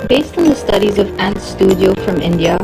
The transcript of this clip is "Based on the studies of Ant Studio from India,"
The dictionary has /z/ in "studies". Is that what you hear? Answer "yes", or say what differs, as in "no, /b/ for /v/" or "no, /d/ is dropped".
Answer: yes